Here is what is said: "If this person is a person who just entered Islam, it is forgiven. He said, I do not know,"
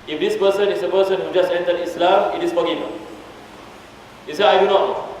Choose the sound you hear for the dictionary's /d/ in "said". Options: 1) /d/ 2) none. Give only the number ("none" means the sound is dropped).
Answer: 2